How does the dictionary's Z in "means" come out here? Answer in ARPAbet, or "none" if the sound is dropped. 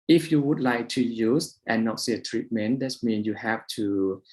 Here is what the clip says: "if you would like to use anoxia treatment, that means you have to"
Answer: none